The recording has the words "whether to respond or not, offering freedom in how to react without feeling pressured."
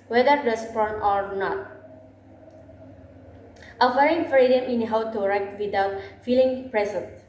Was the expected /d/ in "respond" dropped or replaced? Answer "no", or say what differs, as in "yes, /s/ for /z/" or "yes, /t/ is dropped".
yes, /d/ is dropped